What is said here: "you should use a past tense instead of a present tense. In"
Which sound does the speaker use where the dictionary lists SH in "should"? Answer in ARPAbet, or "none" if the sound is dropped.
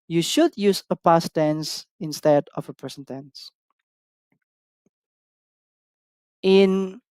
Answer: SH